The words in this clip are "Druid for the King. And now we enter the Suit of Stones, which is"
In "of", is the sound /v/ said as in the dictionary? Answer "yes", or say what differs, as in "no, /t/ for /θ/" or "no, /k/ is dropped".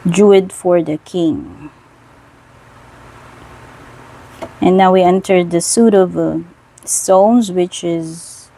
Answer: yes